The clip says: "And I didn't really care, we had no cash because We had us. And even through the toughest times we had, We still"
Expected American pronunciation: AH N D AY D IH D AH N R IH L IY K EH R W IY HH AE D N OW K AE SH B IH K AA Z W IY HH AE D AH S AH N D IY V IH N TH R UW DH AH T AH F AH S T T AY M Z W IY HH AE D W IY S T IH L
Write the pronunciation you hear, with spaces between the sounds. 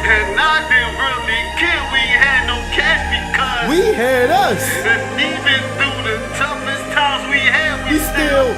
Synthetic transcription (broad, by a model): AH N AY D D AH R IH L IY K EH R W IY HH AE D N OW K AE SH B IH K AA W IY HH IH D AH S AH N IY V IH N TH UW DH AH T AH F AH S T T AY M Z W IY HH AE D W IY S T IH L